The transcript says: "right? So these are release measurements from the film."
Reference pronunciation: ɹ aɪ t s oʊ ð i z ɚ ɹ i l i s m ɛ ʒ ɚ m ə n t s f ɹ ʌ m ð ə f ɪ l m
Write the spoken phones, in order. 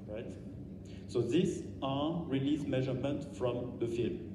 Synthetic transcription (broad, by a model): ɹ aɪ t s oʊ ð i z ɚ ɹ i l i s m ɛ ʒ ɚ m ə n t f ɹ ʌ m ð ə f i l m